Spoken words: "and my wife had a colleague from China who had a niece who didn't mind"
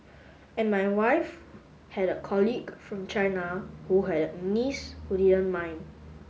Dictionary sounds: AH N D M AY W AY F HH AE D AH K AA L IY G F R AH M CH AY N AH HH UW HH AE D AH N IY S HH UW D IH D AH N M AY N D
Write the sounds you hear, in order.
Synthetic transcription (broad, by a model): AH N M AY W AY F HH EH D AH K AA L IY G F R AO M CH AY N AH HH UW HH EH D AH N IY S HH UW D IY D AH N M AY N